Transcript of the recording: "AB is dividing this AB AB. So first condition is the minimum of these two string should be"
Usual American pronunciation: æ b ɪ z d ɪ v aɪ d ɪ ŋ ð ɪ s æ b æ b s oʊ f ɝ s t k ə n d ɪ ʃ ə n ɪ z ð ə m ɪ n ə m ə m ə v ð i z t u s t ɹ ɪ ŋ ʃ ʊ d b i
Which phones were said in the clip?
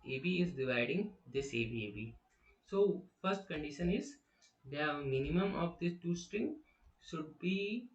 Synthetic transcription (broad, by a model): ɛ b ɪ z d ɪ v aɪ d ɪ ŋ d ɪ s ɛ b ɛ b s oʊ f ɝ s t k ə n d ɪ ʃ ə n ɪ z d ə m ɪ n ə m ə m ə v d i s t u s t ɹ ɪ ŋ ʃ ʊ d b i